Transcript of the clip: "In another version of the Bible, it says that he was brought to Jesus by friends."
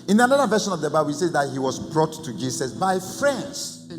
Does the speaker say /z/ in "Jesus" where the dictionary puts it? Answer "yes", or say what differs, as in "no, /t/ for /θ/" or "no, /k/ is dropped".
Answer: no, /s/ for /z/